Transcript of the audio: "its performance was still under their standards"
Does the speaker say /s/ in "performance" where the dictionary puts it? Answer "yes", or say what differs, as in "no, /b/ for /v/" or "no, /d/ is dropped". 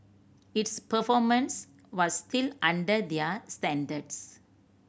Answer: yes